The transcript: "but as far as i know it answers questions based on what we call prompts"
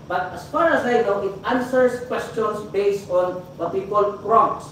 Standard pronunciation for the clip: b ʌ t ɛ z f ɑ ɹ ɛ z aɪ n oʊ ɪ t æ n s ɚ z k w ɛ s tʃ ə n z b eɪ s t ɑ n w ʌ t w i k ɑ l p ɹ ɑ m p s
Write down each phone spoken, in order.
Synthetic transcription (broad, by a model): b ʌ t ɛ s f ɑ ɹ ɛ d aɪ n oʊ ɪ t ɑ n s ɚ s k w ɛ s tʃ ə n s b eɪ s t ɑ n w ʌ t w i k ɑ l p ɹ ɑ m s